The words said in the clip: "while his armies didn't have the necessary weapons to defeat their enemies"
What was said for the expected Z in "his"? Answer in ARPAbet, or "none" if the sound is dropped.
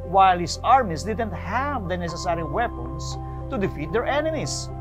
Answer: S